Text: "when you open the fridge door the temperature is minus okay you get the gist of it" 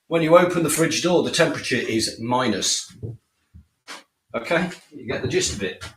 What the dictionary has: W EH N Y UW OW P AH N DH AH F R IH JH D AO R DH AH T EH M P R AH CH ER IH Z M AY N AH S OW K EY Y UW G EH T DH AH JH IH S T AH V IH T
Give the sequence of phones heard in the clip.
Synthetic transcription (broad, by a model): W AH N Y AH OW P AH N DH AH F R IH JH D AO DH AH T EH M P R AH CH ER IH Z M AY N AH S OW K EY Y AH G EH T DH AH JH IH S T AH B IH T